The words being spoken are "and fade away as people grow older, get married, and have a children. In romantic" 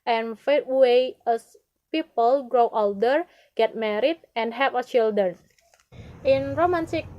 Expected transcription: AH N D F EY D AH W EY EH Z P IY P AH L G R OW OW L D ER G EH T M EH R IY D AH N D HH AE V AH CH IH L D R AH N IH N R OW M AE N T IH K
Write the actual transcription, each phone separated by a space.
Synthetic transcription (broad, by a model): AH N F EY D W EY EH S P IY P AH L G R OW OW L D ER G EH T M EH R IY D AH N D HH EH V AH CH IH L D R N IH N R OW M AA N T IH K